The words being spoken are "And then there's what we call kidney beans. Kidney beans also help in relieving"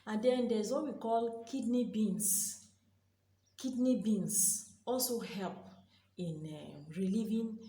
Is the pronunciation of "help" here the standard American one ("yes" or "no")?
yes